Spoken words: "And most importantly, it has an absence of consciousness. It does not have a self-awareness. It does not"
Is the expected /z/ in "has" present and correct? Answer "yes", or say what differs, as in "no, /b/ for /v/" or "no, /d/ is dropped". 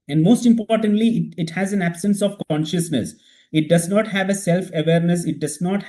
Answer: yes